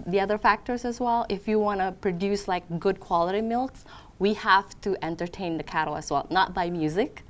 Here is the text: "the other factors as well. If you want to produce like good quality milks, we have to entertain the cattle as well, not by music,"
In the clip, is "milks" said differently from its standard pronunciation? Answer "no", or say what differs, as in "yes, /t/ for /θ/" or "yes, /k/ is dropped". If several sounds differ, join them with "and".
no